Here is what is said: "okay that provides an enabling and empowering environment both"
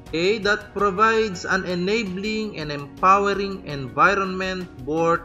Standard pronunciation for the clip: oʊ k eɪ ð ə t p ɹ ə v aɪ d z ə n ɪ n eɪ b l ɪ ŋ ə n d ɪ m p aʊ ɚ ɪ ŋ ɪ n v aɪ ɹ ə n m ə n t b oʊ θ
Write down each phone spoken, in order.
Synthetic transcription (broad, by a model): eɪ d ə t p ɹ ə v aɪ d s ə n ɪ n eɪ b l ɪ ŋ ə n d ɪ m p aʊ ɚ ɪ ŋ ɪ n v aɪ ɹ ə n m ə n t b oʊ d